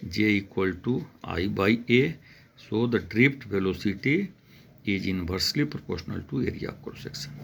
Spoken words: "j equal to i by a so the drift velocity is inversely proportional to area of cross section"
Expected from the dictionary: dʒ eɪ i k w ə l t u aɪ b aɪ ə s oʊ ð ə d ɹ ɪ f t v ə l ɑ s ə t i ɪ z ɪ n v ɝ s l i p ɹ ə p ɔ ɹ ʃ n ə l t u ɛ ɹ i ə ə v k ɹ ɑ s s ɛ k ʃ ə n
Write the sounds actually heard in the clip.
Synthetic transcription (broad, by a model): dʒ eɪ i k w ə l t u aɪ b aɪ ə s oʊ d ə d ɹ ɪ p t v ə l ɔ s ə t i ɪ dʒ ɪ n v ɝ s l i p ɹ ə p ɔ ɹ ʃ n ə l t u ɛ ɹ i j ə k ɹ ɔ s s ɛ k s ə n